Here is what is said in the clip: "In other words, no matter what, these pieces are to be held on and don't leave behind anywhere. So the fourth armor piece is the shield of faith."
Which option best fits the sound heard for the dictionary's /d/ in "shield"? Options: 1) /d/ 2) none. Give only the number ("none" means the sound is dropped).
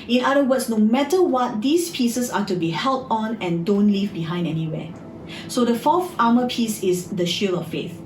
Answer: 2